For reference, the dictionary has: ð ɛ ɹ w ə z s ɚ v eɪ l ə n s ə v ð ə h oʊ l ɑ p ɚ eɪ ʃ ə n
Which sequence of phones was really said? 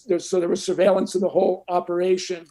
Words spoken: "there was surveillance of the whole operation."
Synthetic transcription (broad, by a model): ð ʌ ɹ w ə z s ɚ v eɪ l ə n s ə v ð ə h oʊ l ɑ p ɚ eɪ ʃ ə n